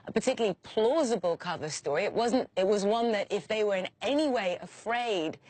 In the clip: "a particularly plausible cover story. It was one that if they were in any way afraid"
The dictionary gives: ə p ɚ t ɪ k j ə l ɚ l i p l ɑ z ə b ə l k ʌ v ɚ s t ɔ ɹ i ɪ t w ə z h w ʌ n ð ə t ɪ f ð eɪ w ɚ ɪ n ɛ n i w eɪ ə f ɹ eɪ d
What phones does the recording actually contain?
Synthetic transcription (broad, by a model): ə p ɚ t ɪ k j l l i p l ɑ z ə b ə l k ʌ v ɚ s t ɔ ɹ i ɪ t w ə z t w ʌ n ð ə t ɪ f ð eɪ w ɚ ɪ n ɛ n i w eɪ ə f ɹ eɪ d